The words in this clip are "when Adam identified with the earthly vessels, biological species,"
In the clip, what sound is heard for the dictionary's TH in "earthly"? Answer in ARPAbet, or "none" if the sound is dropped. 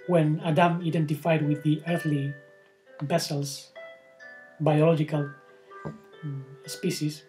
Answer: TH